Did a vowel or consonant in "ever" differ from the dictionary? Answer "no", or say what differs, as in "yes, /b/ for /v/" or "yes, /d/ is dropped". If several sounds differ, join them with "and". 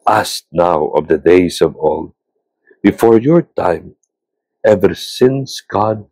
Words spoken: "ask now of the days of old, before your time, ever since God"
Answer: no